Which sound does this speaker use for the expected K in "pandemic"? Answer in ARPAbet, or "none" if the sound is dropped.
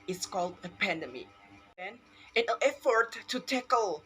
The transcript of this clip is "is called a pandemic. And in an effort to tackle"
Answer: none